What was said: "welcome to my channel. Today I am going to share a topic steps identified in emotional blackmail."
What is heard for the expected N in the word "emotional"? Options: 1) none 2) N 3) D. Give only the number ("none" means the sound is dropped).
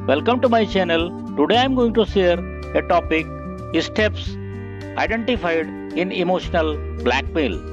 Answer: 2